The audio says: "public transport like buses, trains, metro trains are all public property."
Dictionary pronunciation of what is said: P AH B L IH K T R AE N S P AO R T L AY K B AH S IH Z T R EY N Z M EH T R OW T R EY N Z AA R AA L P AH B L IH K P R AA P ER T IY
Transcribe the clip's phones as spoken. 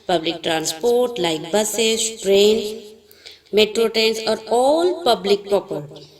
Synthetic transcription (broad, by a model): P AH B L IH K T R AE N S P AO R T L AY K B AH S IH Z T R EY N S M EH T R OW T EY N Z AA R AA L P AH B L IH K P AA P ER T